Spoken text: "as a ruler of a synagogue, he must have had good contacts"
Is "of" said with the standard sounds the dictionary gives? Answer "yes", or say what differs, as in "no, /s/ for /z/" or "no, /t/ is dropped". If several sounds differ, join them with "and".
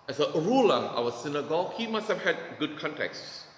no, /w/ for /v/